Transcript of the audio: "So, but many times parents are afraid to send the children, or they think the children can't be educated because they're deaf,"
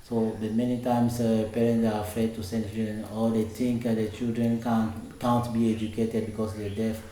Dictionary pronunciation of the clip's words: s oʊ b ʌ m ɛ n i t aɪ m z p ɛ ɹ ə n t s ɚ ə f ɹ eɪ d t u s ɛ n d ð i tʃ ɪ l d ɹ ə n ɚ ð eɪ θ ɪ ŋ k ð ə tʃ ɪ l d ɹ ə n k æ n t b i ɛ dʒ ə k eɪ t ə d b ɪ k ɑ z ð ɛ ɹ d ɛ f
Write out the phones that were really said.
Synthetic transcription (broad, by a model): s oʊ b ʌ m ɛ n i t aɪ m s p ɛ ɹ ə n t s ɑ ə f ɹ eɪ d t u s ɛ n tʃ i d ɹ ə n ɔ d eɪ t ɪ ŋ k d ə tʃ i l d ɹ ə n k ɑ n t b i ɛ dʒ ə k eɪ t ə d b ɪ k ɑ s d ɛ d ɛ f